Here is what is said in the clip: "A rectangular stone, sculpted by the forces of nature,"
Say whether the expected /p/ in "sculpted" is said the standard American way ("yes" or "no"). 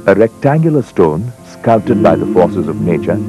no